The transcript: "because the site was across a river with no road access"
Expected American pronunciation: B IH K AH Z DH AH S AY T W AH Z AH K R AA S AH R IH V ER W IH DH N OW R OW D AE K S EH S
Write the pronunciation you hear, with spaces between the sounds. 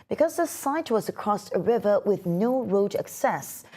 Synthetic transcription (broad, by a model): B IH K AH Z DH AH S AY T W AH Z AH K R AA S AH R IH V ER W IH DH N OW R OW D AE K S EH S